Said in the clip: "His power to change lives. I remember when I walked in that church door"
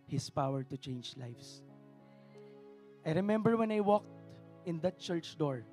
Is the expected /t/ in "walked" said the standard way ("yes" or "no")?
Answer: yes